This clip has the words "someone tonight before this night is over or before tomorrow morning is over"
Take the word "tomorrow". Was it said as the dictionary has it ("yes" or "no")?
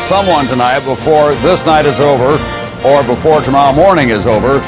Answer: no